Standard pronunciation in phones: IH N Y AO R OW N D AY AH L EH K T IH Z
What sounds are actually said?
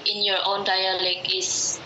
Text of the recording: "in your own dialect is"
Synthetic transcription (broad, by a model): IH N Y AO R OW N D AY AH L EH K IH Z